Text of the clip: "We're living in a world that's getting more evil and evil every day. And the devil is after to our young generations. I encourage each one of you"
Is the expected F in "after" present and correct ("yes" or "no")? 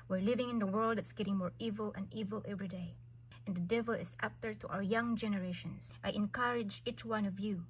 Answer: no